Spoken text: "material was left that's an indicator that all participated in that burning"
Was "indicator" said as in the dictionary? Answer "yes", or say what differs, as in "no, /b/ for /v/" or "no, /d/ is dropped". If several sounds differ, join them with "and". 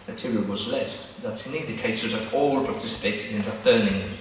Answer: no, /s/ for /t/